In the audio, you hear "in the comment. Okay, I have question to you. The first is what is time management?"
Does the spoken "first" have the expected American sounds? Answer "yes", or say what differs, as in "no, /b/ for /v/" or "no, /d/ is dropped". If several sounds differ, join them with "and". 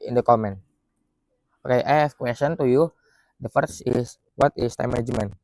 no, /t/ is dropped